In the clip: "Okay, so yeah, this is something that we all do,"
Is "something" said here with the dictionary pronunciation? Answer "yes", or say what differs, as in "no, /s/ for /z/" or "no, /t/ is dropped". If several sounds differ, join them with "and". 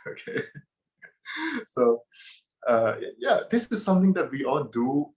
no, /t/ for /θ/